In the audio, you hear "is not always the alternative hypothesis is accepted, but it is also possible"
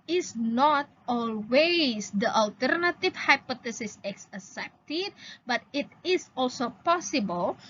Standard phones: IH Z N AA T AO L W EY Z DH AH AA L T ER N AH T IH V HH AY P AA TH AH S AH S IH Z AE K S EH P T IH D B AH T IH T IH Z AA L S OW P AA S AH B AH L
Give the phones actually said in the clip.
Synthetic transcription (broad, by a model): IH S N AA T AO L W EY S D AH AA L T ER N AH T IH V HH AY P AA T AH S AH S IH S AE S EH P T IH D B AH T IH T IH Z AA L S OW P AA S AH B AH L